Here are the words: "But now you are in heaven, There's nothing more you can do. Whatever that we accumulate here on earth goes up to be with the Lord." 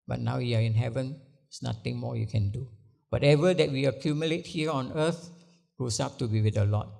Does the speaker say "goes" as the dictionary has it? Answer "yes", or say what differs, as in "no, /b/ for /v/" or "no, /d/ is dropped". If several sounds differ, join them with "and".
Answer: no, /s/ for /z/